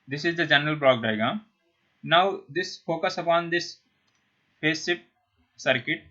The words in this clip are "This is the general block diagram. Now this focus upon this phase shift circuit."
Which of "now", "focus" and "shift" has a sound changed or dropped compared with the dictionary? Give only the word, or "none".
shift